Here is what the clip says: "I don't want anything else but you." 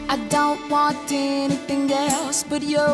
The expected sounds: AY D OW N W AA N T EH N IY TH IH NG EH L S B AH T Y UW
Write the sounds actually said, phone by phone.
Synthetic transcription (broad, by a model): AY D OW N W AA N T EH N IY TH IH NG EH L S B AH T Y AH